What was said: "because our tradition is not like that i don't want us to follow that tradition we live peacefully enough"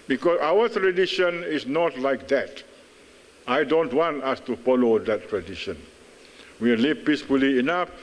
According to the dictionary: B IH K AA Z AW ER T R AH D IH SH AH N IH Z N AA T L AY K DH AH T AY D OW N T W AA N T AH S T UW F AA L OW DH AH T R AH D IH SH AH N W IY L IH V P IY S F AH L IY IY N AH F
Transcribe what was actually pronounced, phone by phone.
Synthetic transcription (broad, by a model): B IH K AA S AW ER T R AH D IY SH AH N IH S N AA T L AY K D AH T AY D OW N T W AA N T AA S T UW F AA L OW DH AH T R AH D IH SH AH N W IY L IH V P IY S F AH L IY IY N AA F